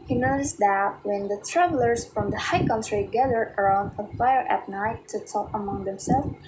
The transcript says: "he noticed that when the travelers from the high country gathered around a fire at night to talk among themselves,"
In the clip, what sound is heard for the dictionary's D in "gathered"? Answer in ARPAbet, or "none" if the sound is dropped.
none